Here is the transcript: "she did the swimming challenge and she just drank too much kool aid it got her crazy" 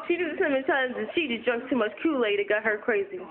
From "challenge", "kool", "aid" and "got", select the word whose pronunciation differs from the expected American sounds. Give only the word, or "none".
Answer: challenge